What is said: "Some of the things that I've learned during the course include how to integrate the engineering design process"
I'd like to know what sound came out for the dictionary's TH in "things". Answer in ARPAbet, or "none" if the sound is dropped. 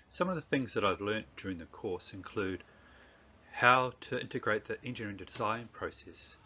TH